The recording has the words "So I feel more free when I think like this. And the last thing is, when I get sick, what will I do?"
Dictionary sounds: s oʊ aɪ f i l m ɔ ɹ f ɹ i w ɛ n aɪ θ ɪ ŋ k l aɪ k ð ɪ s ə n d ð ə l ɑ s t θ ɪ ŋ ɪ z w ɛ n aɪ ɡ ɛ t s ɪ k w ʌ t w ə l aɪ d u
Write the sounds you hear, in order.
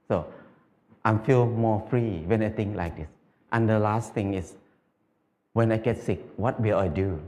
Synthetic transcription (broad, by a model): s oʊ aɪ f i l m ɔ f ɹ i w ɛ n aɪ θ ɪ ŋ k l aɪ k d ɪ s ə n d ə l ɑ s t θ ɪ ŋ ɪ s w ɛ n aɪ ɡ ɛ t s ɪ k w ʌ t w ə l aɪ d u